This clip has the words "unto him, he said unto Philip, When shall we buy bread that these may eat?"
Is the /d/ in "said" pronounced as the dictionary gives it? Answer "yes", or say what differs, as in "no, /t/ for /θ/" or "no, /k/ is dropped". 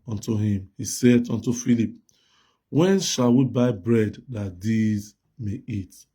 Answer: yes